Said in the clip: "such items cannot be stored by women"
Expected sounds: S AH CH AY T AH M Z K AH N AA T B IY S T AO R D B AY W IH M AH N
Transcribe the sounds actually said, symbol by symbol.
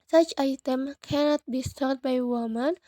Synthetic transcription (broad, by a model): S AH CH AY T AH M K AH N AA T B IY S T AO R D B AY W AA M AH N